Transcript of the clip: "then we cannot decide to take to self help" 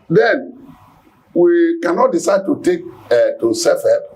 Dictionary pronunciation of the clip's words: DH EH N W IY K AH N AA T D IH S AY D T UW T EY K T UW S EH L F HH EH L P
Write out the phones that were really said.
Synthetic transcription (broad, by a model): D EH N W IY K AH N AA T D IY S AY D T UW T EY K T UW S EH F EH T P